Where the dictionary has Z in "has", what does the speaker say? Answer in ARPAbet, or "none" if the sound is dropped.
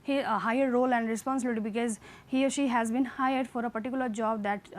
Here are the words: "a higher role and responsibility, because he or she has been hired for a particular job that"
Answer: Z